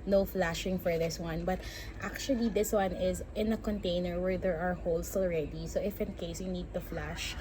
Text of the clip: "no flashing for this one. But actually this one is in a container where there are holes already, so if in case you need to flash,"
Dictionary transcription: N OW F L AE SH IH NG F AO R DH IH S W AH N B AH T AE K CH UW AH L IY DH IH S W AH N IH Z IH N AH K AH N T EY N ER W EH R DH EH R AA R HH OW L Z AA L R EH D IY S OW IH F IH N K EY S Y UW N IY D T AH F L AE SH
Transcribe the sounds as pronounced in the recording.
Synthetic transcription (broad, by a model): N OW F L AE SH IH NG F AO R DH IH S W AH N B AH T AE K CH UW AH L IY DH IH S W AH N IH Z IH N AH K AH N T EY N ER W EH R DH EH R AA R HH OW L S AA L R EH D IY S OW IH F IH N K EY S Y UW N IY D T AH F L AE SH